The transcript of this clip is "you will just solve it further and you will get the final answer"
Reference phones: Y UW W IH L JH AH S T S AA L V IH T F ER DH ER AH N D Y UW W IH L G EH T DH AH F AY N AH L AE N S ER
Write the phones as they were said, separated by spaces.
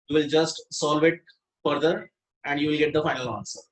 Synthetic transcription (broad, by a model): Y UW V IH L JH AH S T S AA L V IH T F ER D ER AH N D Y UW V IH L G EH T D AH F AY N AH L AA N S ER